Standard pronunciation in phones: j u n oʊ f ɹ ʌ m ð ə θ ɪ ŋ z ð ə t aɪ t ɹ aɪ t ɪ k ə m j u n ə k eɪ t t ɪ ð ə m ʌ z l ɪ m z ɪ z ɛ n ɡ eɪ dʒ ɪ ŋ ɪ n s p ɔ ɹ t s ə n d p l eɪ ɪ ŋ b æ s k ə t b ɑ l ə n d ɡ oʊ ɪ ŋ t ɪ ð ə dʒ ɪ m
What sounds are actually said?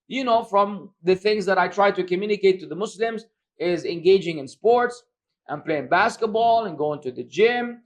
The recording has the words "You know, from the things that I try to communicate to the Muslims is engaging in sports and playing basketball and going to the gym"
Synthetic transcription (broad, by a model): j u n oʊ f ɹ ʌ m ð ə θ ɪ ŋ z ð ə t aɪ t ɹ aɪ t ɪ k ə m j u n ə k eɪ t t ɪ ð ə m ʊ s l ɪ m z ɪ z ɛ n ɡ eɪ dʒ ɪ ŋ ɪ n s p ɔ ɹ t s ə n p l eɪ ɪ ŋ b æ s k ə t b ɑ l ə n ɡ oʊ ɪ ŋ t ɪ ð ə dʒ ɪ m